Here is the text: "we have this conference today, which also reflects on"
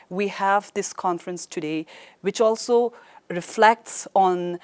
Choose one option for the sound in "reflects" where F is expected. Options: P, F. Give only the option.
F